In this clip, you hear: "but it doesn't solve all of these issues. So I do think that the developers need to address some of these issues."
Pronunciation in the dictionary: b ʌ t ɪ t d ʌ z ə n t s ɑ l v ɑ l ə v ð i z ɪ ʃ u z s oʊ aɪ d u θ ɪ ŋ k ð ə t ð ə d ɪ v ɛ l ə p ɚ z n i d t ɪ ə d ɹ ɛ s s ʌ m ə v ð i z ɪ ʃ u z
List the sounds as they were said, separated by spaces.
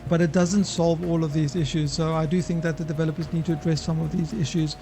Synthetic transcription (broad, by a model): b ʌ t ɪ t d ʌ z ə n t s ɑ l v ɑ l ə v ð i z ɪ ʃ u z s oʊ aɪ d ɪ θ ɪ ŋ k ð ə t ð ə d ɪ v ɛ l ə p ɚ z n i d t ɪ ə d ɹ ɛ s s ʌ m ə v ð i z ɪ ʃ u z